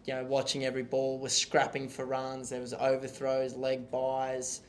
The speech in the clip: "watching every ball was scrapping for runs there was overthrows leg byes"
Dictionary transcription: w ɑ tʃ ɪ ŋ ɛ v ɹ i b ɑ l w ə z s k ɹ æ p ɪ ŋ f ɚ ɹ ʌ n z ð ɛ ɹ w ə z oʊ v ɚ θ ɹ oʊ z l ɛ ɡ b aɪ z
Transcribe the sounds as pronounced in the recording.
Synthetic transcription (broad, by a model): w ɑ tʃ ɪ ŋ ɛ v ɹ i b ɑ l w ə z s k ɹ æ p ɪ ŋ f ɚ ɹ ʌ n z ð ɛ w ə z oʊ v ɚ θ ɹ oʊ z l ɛ ɡ b aɪ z